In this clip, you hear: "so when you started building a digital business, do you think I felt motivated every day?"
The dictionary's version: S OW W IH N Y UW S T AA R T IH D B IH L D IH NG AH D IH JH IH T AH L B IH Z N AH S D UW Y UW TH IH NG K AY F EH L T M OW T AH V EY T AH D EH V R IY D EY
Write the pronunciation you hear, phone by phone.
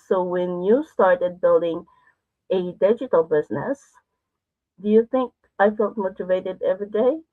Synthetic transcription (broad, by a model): S OW W IH N Y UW S T AA R T IH D B IH L D IH NG AH D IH JH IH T L B IH Z N AH S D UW Y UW TH IH NG K AY F EH L T M OW T AH V EY T AH D EH V R IY D EY